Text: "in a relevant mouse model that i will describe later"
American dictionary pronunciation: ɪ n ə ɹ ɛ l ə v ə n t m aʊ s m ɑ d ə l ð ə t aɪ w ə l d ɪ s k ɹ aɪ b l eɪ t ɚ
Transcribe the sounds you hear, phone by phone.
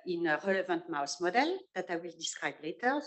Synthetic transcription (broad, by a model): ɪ n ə ɹ ɛ l ə v ə n t m aʊ s m ɑ d ə l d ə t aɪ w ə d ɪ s ɹ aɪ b l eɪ t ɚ